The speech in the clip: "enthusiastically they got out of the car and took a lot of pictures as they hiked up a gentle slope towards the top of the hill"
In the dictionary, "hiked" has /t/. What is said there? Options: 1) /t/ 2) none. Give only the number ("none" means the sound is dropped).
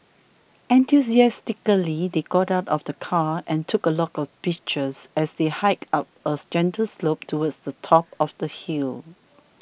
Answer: 2